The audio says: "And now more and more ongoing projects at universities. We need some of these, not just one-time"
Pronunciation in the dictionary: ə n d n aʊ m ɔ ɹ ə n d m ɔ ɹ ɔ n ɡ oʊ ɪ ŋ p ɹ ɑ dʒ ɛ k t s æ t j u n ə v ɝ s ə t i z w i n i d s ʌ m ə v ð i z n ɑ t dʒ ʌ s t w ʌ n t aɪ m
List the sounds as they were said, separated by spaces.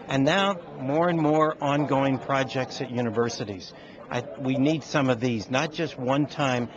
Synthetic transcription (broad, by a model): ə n n aʊ m ɔ ɹ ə n m ɔ ɹ ɔ n ɡ oʊ ɪ ŋ p ɹ ɑ dʒ ɛ k t s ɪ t j u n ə v ɝ s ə t i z w i n i d s ʌ m ə v ð i z n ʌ t dʒ ʌ s t w ʌ n t aɪ m